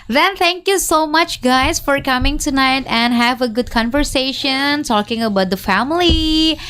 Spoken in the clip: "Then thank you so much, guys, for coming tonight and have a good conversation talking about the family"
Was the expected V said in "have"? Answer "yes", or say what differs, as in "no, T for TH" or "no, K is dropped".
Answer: yes